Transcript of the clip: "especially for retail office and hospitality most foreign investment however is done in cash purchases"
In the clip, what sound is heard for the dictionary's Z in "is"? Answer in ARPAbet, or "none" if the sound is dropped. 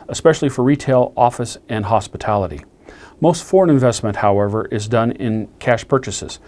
Z